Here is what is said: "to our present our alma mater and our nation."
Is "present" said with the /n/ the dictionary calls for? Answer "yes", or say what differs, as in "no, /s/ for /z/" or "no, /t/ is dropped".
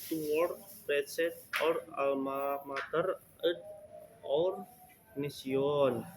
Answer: no, /n/ is dropped